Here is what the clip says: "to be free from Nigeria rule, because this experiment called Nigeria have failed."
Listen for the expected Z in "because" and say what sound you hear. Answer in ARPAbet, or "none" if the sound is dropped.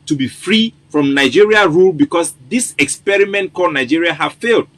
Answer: S